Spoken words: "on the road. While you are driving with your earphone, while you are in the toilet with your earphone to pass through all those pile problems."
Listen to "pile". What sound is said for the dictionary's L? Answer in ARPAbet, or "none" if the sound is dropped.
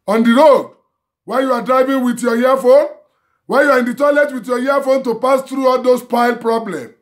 L